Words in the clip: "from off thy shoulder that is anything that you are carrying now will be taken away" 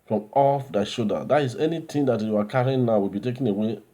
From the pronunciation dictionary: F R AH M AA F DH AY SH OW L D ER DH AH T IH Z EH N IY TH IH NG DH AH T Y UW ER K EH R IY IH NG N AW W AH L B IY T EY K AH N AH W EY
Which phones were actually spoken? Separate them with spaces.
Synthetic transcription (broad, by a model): F R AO M AA F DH AY SH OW D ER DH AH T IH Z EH N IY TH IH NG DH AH T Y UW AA K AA R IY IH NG N AW W AH L B IY T EY K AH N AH W EY